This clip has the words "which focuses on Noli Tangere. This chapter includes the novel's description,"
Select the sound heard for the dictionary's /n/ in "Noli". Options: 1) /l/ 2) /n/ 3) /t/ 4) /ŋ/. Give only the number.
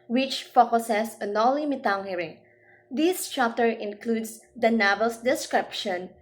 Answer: 1